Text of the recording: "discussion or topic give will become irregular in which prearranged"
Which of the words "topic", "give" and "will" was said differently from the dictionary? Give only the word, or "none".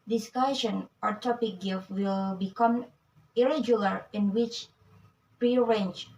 give